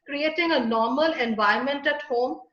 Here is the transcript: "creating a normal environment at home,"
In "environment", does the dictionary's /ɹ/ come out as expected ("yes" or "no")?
no